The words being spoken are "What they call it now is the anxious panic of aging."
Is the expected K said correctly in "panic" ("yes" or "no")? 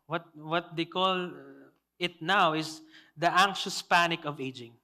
yes